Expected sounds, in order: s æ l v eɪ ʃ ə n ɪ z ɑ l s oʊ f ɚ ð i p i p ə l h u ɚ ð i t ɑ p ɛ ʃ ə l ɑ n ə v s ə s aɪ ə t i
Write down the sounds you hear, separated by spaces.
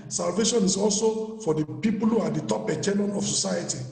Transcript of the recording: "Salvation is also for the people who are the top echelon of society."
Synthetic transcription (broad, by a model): s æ l v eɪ ʃ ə n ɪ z ɑ l s oʊ f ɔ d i p i p ə l h u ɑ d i t ɑ p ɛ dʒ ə n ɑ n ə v s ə s aɪ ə t i